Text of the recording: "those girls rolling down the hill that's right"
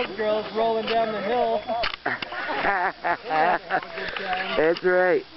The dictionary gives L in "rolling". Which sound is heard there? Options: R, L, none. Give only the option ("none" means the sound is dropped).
L